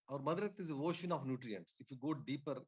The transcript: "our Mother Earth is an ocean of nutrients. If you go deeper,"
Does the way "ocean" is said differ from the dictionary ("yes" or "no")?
no